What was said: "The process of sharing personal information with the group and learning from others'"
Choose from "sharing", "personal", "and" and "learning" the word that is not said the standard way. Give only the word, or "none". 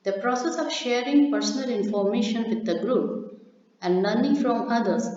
learning